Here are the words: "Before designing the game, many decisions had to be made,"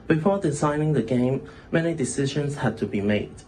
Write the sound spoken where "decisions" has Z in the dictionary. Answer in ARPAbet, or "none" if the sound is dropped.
S